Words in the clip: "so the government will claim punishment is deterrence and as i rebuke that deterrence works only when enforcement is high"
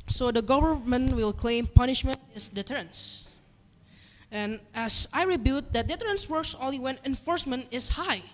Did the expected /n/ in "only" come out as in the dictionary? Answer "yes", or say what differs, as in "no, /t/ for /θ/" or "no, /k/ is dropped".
no, /n/ is dropped